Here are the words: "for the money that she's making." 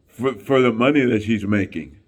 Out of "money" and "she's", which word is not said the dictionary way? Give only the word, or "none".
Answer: none